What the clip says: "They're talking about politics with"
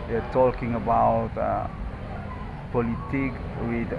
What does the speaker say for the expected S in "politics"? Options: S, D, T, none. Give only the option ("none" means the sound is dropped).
none